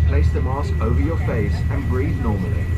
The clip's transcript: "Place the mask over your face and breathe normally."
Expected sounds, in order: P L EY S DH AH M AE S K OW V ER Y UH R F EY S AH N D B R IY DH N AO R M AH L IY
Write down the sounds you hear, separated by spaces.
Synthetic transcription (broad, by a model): P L EY S DH AH M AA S OW V ER Y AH F EY S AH N B R IY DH N AO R M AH L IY